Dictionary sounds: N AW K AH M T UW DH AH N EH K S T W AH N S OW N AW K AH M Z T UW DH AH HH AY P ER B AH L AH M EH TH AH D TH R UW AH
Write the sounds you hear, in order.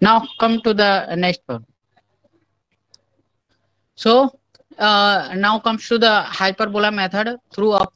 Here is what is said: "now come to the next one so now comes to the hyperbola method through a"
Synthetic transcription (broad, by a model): N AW K AH M T UW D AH N EH K S T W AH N S OW N AW K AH M S T UW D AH HH AY P ER B AH L AH M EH T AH D T R UW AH